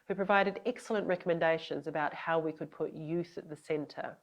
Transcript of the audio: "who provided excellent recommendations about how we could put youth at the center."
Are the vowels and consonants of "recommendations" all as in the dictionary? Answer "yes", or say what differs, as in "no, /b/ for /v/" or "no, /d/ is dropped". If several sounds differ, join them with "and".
yes